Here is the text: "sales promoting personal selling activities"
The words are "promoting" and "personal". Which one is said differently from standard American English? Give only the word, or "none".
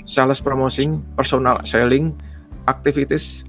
promoting